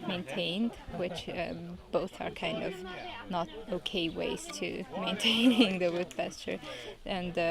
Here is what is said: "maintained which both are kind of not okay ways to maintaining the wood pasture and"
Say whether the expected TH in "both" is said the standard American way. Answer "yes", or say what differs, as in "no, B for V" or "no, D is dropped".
yes